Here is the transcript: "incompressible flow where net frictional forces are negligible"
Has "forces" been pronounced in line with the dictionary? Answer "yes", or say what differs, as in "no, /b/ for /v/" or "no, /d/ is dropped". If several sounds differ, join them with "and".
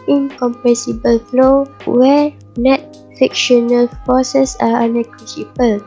no, /s/ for /z/